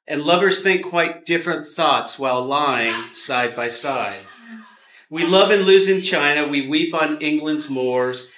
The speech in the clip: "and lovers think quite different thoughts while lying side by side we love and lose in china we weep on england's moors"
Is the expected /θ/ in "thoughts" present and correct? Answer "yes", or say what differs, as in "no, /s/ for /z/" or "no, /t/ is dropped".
yes